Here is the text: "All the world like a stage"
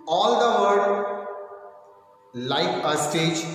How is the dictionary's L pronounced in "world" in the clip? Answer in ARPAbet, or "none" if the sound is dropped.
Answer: none